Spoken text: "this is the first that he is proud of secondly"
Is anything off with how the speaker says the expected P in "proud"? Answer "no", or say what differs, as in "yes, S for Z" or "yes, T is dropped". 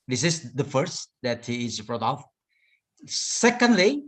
yes, B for P